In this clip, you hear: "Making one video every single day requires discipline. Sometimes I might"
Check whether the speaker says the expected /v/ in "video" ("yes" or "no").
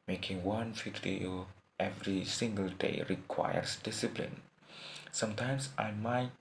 no